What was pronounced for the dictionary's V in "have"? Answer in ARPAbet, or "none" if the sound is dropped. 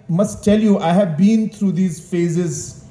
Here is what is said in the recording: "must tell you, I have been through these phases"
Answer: V